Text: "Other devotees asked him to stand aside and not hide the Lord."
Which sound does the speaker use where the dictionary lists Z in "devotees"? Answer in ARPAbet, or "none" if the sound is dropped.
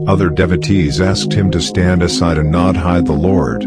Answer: Z